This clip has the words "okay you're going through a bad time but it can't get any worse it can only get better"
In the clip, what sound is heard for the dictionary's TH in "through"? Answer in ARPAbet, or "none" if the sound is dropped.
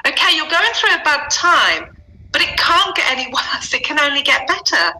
TH